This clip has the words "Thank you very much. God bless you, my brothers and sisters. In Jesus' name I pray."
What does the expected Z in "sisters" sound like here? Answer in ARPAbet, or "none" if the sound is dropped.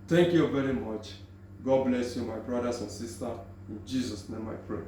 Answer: none